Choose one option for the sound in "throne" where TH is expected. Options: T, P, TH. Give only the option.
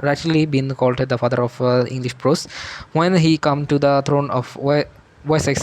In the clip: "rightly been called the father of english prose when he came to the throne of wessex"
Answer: T